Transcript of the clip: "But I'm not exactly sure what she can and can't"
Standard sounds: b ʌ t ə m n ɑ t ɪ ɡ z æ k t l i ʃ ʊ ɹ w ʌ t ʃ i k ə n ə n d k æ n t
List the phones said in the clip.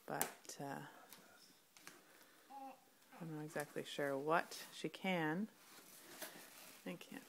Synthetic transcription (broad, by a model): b ʌ t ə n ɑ ɪ ɡ z æ k t l i ʃ ʊ ɹ w ʌ t ʃ i k ə n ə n k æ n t